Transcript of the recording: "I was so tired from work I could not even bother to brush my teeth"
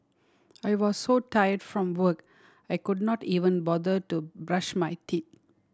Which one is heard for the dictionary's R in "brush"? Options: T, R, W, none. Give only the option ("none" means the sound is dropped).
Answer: R